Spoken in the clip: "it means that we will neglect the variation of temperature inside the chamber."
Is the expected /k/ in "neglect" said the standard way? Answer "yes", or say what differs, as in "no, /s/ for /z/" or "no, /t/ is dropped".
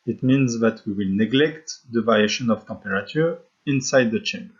yes